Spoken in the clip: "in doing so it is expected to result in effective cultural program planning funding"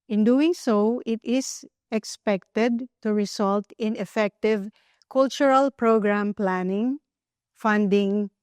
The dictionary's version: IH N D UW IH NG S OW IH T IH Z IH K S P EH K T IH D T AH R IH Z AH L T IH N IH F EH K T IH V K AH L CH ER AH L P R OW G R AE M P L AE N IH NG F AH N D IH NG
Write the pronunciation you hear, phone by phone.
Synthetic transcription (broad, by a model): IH N D UW IH NG S OW IH T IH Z IH K S P EH K T IH D T AH R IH S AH L T IH N IH F EH K T IH V K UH L CH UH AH L P R OW G R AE M P L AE N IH NG F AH N D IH NG